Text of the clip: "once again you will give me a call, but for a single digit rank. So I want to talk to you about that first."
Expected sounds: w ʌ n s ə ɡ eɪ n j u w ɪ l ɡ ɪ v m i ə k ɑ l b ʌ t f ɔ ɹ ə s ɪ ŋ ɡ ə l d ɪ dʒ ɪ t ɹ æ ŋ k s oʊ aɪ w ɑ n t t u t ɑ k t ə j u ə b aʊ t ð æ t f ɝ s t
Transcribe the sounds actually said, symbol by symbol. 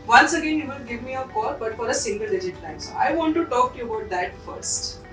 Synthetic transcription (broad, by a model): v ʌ n s ə ɡ eɪ n j u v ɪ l ɡ ɪ v m i ə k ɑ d b ʌ t f ɔ ɹ ə s ɪ ŋ ɡ ə l d ɪ dʒ ɪ t l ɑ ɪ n s oʊ aɪ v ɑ n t t u t ɑ k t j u ə b aʊ t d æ t f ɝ s t